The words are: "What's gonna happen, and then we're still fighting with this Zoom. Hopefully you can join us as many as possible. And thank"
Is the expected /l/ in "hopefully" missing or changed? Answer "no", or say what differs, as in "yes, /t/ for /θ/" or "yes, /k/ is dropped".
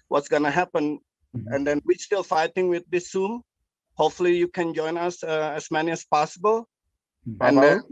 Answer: no